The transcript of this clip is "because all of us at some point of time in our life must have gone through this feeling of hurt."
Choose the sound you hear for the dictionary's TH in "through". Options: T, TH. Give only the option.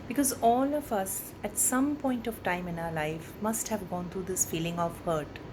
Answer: T